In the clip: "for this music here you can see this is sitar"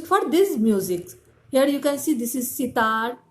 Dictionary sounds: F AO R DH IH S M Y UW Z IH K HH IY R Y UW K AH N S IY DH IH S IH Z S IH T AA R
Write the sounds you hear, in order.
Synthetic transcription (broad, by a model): F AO R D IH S M Y UW Z IH K HH IY R Y UW K AH N S IY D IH S IH Z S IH T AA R